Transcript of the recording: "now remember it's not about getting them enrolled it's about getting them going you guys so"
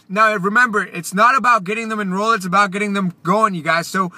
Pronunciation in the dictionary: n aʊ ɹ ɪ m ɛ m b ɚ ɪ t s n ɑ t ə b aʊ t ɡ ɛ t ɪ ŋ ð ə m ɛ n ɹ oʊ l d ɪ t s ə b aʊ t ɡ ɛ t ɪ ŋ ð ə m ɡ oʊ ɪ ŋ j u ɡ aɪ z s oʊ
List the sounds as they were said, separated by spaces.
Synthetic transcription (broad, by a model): n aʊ ɹ ɪ m ɛ m b ɚ ɪ t s n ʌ t ə b aʊ t ɡ ɛ t ɪ ŋ ð ə m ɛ n ɹ oʊ l ɪ t s ə b aʊ t ɡ ɛ t ɪ ŋ ð ə m ɡ oʊ ɪ ŋ j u ɡ aɪ z s oʊ